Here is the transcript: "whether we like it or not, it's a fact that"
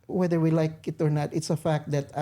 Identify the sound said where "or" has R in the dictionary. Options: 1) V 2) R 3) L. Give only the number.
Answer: 2